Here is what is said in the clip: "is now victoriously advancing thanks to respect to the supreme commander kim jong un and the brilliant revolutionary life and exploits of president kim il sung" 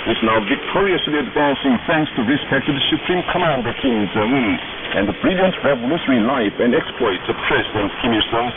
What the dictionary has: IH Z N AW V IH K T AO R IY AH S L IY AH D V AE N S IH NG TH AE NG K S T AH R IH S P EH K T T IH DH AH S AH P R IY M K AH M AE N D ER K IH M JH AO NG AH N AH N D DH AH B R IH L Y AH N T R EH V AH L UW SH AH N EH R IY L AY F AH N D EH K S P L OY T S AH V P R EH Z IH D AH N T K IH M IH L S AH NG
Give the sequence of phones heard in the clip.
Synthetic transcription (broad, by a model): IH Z N AW V IH K T AO R IY AH S L IY AH D V AE N S IH NG TH AE NG K S T AH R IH S P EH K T T IH DH AH S AH P R IY M K AH M AE N D ER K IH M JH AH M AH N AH N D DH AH B R IH L Y AH N T R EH V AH L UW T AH R IY L AY F AH N D EH K S P L OY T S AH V P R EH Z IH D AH N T K IH M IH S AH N